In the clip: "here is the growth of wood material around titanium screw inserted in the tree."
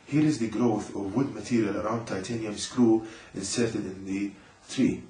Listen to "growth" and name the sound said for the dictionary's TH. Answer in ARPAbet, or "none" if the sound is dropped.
TH